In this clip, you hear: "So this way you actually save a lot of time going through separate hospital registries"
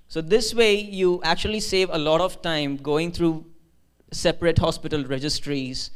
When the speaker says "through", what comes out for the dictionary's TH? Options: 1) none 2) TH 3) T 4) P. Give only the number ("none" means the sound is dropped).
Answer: 3